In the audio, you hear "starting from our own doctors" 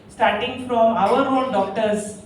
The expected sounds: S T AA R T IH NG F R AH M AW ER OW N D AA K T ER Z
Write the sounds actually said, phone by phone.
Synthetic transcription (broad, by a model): S T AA R T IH NG F R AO M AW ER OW L D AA K T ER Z